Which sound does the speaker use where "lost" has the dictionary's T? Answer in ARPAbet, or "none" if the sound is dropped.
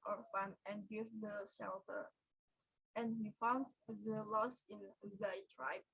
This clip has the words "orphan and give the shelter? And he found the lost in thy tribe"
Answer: none